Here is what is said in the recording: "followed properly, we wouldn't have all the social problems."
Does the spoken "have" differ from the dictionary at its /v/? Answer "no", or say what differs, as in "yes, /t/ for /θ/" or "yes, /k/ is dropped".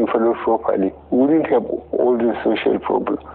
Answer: yes, /b/ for /v/